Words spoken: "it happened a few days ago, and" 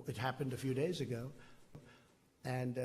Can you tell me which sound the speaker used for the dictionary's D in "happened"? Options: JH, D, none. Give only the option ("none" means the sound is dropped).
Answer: D